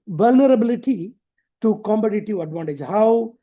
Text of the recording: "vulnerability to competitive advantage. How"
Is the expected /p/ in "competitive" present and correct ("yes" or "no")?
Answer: no